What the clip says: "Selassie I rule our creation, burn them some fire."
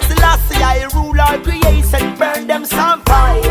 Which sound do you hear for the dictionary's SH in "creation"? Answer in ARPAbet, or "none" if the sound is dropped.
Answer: S